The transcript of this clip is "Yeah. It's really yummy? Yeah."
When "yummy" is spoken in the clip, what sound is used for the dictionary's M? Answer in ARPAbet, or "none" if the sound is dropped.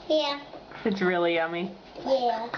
M